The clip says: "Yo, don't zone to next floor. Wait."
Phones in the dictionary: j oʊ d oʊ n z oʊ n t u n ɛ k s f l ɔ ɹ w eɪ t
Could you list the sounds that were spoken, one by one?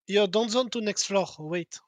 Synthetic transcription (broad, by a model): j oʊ d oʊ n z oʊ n t u n ɛ k s f l ɔ ɹ w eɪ t